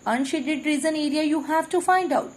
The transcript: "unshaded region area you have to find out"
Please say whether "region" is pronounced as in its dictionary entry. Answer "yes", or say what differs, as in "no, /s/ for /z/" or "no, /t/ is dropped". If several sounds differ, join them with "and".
no, /z/ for /dʒ/